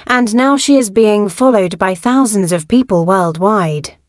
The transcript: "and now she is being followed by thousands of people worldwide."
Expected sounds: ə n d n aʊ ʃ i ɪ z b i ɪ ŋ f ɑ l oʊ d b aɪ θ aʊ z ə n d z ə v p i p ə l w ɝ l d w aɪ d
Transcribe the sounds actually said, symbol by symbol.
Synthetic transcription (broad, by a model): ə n n aʊ ʃ i ɪ z b i ɪ ŋ f ɑ l oʊ d b aɪ θ aʊ z ə n d z ə v p i p ə l w ɝ l d w aɪ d